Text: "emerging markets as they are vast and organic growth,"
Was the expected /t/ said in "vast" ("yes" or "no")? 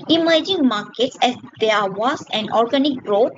no